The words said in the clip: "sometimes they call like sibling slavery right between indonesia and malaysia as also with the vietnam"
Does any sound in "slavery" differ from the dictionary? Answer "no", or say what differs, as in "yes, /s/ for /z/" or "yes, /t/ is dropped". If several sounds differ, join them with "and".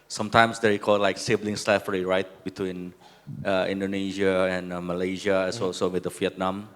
yes, /f/ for /v/